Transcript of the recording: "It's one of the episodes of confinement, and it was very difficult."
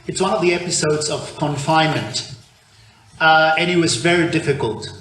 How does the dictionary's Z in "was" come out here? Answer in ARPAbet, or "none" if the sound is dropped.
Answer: Z